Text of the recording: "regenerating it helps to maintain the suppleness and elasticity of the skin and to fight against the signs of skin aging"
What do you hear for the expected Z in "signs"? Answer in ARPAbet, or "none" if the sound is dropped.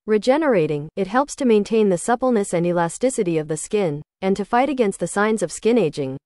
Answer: Z